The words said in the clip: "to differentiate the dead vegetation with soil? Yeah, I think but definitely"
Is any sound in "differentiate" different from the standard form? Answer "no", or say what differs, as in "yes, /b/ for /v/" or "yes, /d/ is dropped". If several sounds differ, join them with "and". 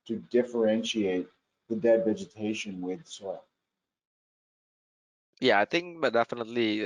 no